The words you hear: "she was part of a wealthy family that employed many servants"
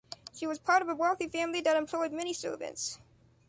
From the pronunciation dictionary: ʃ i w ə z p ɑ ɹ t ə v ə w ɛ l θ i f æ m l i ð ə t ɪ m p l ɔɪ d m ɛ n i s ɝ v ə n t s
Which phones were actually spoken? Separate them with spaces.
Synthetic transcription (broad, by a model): ʃ i w ə z p ɑ ɹ t ə v ə w ɛ l θ i f æ m l i ð ə t ɪ m p l ɔɪ d m ɛ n i s ɝ v ə n t s